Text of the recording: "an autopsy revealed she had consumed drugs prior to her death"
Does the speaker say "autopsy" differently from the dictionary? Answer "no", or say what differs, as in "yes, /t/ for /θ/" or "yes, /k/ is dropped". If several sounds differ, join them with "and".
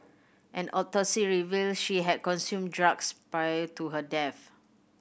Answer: yes, /p/ is dropped